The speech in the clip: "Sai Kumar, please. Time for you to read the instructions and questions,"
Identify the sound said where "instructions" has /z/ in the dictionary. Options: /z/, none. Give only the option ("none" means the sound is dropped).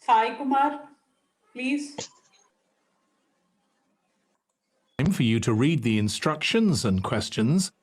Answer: /z/